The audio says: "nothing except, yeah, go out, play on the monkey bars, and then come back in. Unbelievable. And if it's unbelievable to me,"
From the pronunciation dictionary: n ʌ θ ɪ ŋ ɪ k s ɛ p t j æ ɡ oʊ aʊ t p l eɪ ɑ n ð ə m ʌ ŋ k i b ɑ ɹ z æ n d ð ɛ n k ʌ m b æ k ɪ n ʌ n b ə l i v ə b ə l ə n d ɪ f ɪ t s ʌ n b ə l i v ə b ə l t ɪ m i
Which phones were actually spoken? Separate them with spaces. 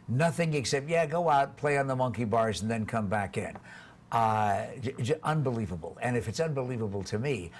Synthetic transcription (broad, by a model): n ʌ θ ɪ ŋ ɪ k s ɛ p t j æ ɡ oʊ aʊ t p l eɪ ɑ n ð ə m ʌ ŋ k i b ɑ ɹ z n ð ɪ n k ʌ m b æ k ɪ n ʌ n b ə l i v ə b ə l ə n ɪ f ɪ t s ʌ n b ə l i v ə b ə l t ɪ m i